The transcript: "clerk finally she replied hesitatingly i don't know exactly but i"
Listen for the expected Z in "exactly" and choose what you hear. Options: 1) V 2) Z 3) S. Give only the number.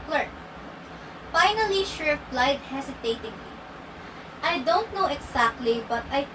3